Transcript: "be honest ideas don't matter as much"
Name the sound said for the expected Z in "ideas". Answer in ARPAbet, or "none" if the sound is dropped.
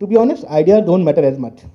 none